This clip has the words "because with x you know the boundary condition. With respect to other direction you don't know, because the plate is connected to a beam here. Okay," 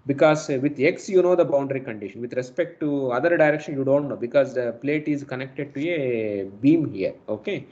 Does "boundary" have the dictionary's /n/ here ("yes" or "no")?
yes